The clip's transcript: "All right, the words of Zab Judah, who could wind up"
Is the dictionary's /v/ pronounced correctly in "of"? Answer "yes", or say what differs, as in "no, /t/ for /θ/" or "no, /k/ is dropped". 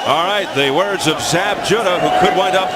yes